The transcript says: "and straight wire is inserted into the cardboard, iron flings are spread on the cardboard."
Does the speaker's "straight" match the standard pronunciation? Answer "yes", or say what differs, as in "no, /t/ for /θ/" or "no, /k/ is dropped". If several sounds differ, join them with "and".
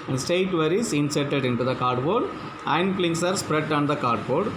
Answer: no, /ɹ/ is dropped